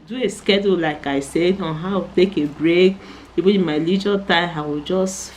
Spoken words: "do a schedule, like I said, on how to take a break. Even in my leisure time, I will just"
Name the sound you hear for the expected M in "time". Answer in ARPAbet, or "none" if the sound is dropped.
none